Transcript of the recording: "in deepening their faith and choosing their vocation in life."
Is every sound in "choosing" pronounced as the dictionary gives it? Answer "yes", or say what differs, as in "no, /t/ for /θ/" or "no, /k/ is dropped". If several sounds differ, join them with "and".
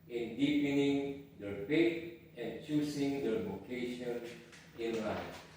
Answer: no, /s/ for /z/